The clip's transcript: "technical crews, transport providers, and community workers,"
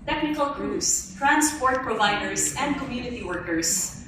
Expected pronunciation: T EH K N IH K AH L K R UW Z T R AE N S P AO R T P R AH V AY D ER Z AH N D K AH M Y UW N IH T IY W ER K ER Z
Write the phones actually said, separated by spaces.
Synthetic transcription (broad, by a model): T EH K N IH K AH L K R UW S T R AE N S P AO R T P R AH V AY D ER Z AH N D K AH M Y UW N IH T IY W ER K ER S